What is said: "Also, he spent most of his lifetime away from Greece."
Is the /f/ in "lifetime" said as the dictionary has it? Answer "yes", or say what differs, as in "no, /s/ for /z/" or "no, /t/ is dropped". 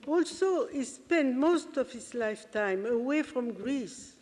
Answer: yes